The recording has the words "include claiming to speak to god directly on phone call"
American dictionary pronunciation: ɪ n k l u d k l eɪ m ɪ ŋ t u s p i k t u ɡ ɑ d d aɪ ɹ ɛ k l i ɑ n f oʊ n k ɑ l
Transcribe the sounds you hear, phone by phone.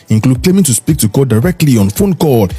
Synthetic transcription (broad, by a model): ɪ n k l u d k l eɪ m ɪ ŋ t u s p i k t u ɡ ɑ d d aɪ ɹ ɛ k l i ɑ n f oʊ n k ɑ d